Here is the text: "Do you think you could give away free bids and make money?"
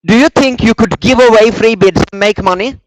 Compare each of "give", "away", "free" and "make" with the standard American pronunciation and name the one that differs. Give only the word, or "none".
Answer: none